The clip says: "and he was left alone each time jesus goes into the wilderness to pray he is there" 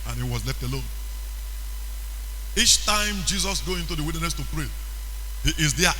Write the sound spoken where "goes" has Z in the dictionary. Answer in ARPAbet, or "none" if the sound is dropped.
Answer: none